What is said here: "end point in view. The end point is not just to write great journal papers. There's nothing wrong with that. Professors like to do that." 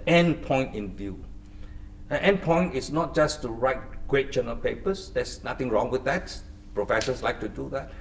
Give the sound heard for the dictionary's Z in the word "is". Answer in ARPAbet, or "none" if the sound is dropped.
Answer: S